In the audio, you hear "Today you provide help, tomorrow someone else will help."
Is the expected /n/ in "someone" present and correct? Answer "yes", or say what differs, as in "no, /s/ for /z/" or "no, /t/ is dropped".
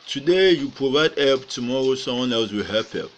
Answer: yes